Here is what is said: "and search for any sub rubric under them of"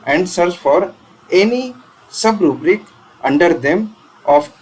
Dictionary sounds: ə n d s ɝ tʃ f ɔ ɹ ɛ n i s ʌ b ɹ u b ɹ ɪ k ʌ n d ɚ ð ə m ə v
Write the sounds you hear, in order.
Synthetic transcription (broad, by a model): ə n d s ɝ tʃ f ɔ ɹ ɛ n i s ʌ b ɹ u b ɹ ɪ k ʌ n d ɚ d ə m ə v